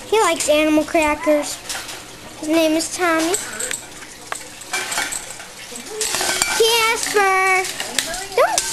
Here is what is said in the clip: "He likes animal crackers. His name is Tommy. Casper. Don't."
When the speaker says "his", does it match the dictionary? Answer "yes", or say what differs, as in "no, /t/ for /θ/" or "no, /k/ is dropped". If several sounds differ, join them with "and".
yes